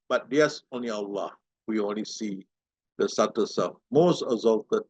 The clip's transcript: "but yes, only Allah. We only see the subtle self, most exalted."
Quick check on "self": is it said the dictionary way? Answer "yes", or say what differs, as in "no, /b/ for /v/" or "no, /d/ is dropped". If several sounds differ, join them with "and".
no, /l/ is dropped